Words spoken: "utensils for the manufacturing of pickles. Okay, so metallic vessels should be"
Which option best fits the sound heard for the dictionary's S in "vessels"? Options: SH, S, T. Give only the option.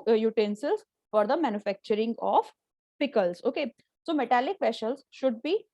SH